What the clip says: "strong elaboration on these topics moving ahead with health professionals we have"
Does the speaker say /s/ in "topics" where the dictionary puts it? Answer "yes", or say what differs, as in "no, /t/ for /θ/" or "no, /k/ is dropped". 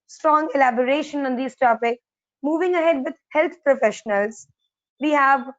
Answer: no, /s/ is dropped